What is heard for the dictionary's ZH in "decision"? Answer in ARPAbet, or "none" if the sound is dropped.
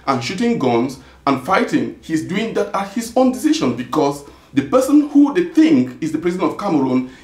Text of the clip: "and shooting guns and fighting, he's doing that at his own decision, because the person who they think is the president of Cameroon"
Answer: SH